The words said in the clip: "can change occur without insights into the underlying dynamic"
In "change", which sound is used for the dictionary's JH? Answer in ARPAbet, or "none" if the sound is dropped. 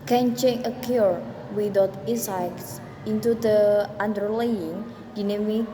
none